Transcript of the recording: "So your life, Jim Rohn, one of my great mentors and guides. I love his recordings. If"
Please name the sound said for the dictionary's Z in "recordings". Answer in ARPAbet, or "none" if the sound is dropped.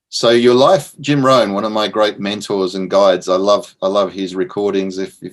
Z